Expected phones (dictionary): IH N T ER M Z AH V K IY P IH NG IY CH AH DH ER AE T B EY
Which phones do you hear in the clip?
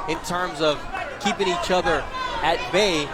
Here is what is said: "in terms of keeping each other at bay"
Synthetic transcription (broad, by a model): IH N T ER M Z AH V K IY P IH NG IY CH AH DH ER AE T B EY